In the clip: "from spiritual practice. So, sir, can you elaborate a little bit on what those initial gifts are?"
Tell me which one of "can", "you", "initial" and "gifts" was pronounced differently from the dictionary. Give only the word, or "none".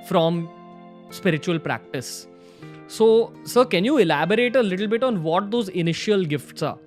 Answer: none